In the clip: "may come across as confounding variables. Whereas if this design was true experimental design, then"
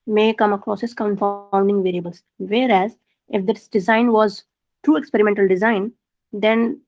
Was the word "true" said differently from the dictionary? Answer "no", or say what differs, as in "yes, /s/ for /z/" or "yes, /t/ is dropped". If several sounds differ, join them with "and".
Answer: no